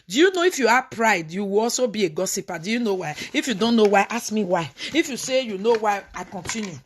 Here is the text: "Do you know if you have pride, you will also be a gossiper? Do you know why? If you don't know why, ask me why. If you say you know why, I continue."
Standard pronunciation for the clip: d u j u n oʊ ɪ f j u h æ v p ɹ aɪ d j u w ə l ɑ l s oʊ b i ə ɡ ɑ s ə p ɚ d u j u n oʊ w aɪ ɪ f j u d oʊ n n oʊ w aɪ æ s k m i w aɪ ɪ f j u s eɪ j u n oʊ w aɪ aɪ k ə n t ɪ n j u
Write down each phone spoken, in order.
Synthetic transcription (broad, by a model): d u j u n oʊ ɪ f j u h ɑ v p ɹ aɪ d j u w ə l ɑ l s oʊ b i ə ɡ ɑ s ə p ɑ d u j u n oʊ w aɪ ɪ f j u d oʊ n n oʊ w aɪ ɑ s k m i w aɪ ɪ f j u s eɪ j u n oʊ w aɪ aɪ k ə n t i n j u